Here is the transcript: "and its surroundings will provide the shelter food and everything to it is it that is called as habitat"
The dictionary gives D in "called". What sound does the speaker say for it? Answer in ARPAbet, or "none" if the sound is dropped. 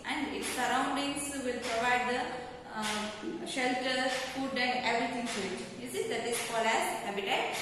none